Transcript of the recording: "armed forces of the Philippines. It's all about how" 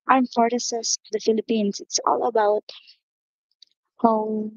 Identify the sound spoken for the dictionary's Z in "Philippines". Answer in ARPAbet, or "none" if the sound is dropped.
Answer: S